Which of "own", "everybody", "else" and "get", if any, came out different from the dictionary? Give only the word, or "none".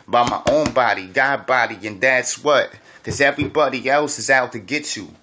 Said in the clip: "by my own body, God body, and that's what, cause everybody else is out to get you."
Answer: none